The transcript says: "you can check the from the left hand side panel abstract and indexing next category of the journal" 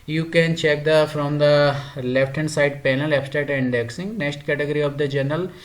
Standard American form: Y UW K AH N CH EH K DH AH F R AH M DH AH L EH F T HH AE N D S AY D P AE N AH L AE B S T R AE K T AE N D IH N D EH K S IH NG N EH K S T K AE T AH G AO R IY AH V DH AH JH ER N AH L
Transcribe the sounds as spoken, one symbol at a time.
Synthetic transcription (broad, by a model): Y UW K AH N CH EH K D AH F R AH M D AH L EH F T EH N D S AY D P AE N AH L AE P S T EH T IH N D EH K S IH NG N EH K S T K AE T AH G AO R IY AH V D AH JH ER N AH L